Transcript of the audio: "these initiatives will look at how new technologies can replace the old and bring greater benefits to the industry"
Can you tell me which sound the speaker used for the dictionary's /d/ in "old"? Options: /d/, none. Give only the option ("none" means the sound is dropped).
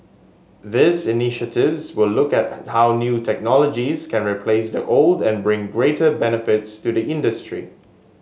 /d/